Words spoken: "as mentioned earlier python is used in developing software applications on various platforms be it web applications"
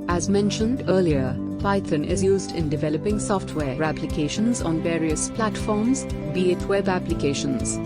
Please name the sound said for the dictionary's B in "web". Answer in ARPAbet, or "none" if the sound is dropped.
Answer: B